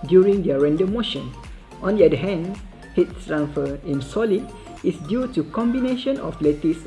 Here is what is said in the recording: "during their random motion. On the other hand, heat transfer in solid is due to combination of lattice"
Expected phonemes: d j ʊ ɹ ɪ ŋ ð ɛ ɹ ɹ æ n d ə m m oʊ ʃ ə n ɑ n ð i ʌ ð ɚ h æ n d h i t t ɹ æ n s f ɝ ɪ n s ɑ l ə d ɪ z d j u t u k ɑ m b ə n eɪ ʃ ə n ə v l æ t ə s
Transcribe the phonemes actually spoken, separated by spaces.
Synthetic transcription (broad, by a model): d j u ɹ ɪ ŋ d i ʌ ɹ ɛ n d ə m m oʊ ʃ ə n ɑ n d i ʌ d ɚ h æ n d h i t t ɹ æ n f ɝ ɪ n s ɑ l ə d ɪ s d j u t u k ɑ m b ə n eɪ ʃ ə n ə f l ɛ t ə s